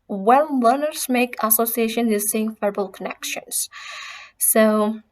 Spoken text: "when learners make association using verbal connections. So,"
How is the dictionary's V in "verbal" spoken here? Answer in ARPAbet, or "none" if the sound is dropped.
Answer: F